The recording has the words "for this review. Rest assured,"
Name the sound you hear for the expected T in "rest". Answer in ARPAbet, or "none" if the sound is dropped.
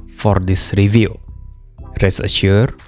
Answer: none